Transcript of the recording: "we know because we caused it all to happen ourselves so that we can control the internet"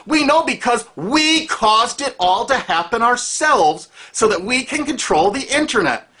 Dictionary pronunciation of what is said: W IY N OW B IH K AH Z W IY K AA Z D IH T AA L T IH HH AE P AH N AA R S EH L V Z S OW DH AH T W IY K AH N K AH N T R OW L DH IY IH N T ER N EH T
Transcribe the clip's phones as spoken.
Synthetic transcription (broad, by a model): W IY N OW B IH K AH Z W IY K AA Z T IH T AA L T IH HH AE P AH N AA R S EH L V Z S OW DH AH T W IY K AH N K AH N T R OW L DH IY IH N T ER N EH T